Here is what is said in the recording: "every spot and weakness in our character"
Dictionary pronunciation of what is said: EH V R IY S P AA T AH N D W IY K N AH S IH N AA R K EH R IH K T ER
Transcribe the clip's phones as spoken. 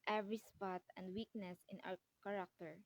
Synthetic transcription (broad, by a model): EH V R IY S P AA T AH N D W IY K N AH S IH N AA W K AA R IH K T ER